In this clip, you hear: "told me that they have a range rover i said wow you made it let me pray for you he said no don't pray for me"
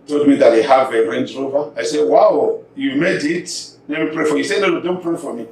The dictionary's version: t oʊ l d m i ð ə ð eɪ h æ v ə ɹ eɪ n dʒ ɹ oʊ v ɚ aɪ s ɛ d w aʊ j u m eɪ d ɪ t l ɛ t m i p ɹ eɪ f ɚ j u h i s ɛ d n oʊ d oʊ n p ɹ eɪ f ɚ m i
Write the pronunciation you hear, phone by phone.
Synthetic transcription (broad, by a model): t oʊ l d m i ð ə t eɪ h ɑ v ə ɹ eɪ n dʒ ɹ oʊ v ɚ aɪ s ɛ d w aʊ j u m eɪ d ɪ t n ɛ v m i p ɹ eɪ f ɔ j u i s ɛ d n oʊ d oʊ n p ɹ eɪ f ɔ m i